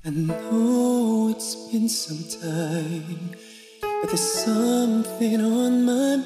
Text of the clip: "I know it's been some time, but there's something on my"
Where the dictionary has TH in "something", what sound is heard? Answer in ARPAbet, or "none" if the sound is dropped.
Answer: TH